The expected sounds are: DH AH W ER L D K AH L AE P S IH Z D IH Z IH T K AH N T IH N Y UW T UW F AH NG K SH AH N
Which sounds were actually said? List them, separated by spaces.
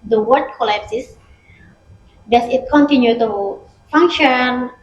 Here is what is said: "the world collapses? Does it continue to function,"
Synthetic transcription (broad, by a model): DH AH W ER D K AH L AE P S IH S D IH S IH T K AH N T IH N Y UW T UW F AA NG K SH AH N